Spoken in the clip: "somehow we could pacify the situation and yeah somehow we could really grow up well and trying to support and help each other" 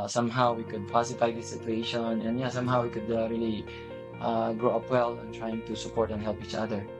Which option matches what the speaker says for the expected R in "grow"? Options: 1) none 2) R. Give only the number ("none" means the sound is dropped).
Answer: 2